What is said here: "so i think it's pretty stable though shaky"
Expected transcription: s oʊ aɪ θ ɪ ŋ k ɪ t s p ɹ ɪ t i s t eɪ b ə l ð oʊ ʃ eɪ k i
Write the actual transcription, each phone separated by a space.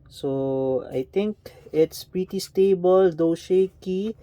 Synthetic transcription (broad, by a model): s oʊ aɪ t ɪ ŋ k ɪ t s p ɹ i t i s t eɪ b ə l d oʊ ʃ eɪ k i